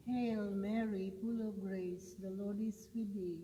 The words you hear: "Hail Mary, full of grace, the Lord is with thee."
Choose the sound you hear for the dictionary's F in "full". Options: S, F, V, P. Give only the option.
P